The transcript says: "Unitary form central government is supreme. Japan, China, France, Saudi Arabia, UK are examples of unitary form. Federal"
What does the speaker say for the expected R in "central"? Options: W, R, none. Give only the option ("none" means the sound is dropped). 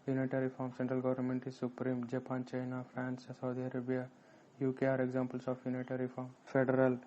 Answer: R